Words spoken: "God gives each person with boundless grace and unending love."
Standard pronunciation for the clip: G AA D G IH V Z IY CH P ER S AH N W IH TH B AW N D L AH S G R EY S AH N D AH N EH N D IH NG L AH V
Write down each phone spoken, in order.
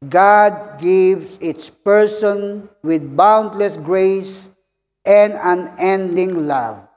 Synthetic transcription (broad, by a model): G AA D G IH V S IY S P ER S AH N W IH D B AW N D L AH S G R EY S AH N D AH N EH N D IH NG L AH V